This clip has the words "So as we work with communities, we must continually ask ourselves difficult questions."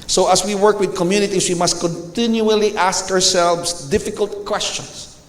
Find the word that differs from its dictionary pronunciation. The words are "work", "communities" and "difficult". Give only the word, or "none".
communities